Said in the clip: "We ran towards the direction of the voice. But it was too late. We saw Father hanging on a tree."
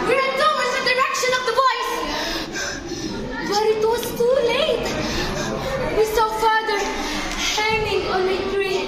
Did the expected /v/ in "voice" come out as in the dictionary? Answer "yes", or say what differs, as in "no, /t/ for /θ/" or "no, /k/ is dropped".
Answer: no, /b/ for /v/